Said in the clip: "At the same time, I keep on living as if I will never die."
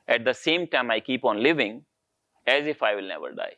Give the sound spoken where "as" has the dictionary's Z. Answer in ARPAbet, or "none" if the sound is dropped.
Z